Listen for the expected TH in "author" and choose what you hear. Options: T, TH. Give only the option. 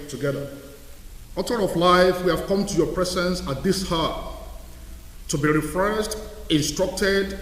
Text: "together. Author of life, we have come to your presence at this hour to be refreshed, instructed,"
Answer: T